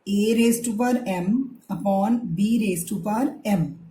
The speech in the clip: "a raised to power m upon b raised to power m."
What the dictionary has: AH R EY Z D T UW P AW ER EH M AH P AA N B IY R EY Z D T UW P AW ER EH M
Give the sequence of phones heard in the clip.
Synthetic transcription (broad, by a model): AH R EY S T UW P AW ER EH M AH P AA N B IY R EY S T UW P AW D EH M